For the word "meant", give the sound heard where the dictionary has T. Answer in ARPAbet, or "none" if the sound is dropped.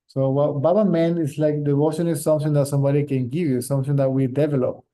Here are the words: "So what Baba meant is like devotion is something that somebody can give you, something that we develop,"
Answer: none